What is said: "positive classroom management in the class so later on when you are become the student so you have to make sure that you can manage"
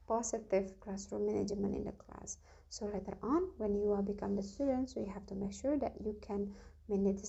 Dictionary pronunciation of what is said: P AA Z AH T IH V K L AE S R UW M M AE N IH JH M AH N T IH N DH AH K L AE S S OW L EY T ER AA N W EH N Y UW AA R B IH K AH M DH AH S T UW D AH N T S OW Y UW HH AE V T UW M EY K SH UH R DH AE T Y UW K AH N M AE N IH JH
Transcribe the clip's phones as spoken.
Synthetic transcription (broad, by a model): P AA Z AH T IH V K L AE S R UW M M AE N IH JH M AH N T IH N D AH K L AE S S OW L EY T ER AA N W EH N Y UW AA L B IH K AH M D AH S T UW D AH N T S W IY HH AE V T UW M EY K SH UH R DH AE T Y UW K AH N M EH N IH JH